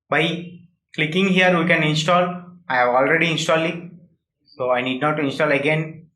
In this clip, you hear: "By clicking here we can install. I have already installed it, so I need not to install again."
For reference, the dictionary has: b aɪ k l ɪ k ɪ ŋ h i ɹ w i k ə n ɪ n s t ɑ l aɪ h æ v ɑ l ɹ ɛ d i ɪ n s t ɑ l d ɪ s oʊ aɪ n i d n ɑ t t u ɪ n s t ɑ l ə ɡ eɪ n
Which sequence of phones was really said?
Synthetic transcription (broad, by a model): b aɪ k l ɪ k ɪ ŋ h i ɹ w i k ə n ɪ n s t ɑ l aɪ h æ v ɑ l ɹ ɛ d i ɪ n s t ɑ l ɪ s oʊ aɪ n i d n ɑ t t u ɪ n s t ɑ l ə ɡ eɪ n